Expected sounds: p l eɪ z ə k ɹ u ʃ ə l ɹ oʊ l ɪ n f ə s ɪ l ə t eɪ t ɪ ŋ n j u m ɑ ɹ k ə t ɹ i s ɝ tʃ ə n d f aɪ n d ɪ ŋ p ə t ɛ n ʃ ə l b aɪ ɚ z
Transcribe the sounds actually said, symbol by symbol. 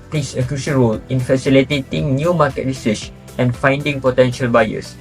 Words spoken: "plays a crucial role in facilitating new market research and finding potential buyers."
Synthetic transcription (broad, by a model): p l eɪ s ə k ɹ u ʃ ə n ɹ oʊ l ɪ n f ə s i l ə t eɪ t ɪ ŋ n j u m ɑ k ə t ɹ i s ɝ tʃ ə n f aɪ n d ɪ ŋ p ə t ɛ n ʃ ə l b aɪ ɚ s